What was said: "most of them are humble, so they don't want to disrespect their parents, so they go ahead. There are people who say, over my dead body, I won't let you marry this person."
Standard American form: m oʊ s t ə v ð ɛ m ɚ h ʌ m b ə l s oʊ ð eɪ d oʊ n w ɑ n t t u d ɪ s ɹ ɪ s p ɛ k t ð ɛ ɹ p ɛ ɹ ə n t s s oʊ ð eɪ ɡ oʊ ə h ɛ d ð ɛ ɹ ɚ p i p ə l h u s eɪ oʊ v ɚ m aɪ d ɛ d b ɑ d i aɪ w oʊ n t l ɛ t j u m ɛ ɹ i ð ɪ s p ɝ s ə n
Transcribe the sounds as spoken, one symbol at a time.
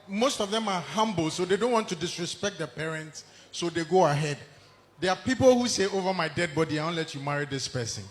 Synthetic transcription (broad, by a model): m oʊ s t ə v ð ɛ m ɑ h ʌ m b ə l s oʊ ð eɪ d oʊ n w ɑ n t t u d ɪ s ɹ ɪ s p ɛ k t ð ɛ p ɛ ɹ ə n t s s oʊ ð eɪ ɡ oʊ ə h ɛ d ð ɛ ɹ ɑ p i p ə l h u s eɪ oʊ v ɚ m aɪ d ɛ d b ɑ d i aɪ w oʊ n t l ɛ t j u m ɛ ɹ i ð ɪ s p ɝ s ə n